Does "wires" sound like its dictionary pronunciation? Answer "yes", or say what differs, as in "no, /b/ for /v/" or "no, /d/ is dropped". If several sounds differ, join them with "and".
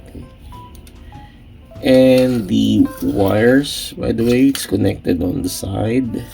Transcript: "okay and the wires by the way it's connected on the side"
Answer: no, /s/ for /z/